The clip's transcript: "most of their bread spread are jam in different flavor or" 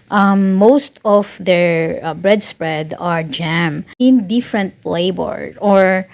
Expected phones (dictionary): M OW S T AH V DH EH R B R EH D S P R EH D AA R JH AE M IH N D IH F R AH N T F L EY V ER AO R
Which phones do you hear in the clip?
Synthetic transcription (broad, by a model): M OW S T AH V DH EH R B R EH D S P R EH D AA R JH AE M IH N D IH F R AH N T P L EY B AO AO R